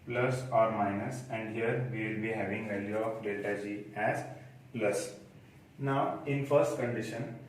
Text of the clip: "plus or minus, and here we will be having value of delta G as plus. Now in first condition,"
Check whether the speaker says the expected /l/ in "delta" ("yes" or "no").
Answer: no